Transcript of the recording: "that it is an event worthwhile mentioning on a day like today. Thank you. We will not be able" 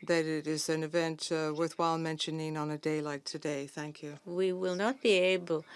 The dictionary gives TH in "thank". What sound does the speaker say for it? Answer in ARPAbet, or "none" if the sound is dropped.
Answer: TH